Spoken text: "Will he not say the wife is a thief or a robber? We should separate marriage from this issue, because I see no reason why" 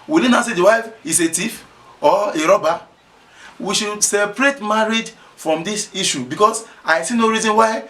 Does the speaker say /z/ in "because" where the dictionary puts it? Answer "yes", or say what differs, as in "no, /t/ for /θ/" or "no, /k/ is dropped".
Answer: no, /s/ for /z/